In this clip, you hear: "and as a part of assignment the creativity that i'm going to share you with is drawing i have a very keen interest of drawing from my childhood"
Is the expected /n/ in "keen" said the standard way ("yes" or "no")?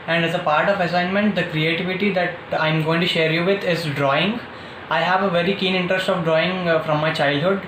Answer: yes